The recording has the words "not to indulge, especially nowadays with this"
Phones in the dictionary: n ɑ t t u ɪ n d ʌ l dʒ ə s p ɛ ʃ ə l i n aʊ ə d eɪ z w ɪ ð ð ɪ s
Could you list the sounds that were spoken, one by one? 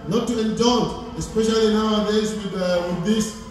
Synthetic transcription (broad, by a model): n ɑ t t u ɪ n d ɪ n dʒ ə s p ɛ ʃ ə l i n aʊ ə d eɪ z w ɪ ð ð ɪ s